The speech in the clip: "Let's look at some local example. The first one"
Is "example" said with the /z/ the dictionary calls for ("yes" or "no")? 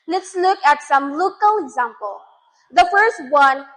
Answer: yes